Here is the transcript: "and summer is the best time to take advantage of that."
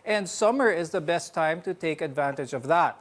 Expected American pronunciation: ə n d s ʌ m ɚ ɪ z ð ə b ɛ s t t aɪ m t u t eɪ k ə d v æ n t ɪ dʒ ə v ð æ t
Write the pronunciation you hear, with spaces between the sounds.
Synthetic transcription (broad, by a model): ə n d s ʌ m ɚ ɪ z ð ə b ɛ s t t aɪ m t u t eɪ k ə d v æ n t ɪ dʒ ə v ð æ t